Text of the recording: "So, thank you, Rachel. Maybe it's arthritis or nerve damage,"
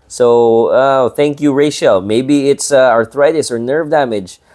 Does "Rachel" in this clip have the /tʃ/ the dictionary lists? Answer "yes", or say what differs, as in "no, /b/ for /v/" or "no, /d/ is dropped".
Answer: no, /ʃ/ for /tʃ/